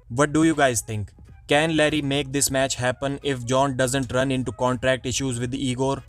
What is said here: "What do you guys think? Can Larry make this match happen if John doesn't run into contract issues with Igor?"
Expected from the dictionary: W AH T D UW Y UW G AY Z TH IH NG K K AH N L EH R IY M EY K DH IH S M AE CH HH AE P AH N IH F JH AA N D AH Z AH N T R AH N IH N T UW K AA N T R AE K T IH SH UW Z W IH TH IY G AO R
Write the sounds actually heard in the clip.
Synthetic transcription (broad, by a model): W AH T D UW Y UW G AY Z T IH NG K K AH N L EH R IY M EY K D IH S M AE CH HH AE P AH N IH F JH AA N D AH Z AH N T R AH N IH N T UW K AA N T R AE K T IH SH UW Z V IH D IY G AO R